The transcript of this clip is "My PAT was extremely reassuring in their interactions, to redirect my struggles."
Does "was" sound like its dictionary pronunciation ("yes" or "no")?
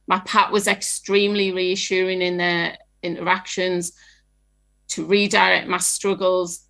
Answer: yes